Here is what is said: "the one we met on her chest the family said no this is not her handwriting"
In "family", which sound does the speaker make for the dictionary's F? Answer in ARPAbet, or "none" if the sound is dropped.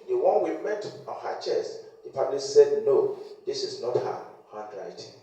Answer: P